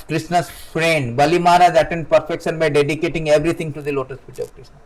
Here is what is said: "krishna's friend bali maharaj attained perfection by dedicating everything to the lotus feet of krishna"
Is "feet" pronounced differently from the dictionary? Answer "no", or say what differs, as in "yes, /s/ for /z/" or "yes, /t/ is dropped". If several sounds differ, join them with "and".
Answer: yes, /p/ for /f/